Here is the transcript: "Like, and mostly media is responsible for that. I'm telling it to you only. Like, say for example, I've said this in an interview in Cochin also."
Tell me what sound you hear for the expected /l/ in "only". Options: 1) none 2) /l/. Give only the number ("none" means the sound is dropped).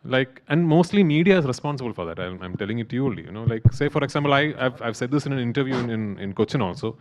1